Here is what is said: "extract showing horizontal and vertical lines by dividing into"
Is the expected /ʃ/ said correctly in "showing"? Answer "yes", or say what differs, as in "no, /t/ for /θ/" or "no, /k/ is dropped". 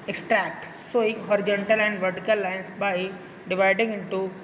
no, /s/ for /ʃ/